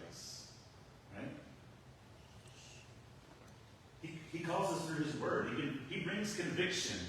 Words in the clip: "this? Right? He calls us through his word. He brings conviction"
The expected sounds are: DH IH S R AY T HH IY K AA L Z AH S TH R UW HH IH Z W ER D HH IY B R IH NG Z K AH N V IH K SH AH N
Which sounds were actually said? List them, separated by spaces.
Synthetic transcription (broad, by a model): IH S R AY T HH IY K AA L Z AH S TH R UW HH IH Z W ER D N IY B R IH NG Z K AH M V IH K SH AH N